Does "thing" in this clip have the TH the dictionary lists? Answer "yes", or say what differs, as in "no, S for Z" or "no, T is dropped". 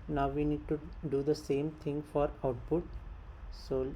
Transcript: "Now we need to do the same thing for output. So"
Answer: no, T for TH